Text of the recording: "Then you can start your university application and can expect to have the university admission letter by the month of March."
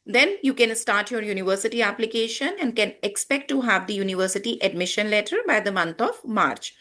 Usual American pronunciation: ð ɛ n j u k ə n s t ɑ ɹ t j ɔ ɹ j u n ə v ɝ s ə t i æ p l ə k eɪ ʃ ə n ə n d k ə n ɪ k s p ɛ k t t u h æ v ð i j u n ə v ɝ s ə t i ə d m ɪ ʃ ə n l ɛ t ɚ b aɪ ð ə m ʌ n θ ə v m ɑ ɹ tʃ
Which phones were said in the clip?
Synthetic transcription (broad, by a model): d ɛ n j u k ə n s t ɑ ɹ t j ɔ ɹ j u n ə v ɝ s ə t i æ p l ə k eɪ ʃ ə n ə n d k ə n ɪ k s p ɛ k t t u h æ v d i j u n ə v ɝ s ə t i ə d m ɪ ʃ ə n l ɛ t ɚ b aɪ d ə m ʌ n t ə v m ɑ ɹ tʃ